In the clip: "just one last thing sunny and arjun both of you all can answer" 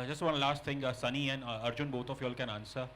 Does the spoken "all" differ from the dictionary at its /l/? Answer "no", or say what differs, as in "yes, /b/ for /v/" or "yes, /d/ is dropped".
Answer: no